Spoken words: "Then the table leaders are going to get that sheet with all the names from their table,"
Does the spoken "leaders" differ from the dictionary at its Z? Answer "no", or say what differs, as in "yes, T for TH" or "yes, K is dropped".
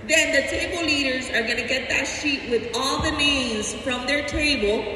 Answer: no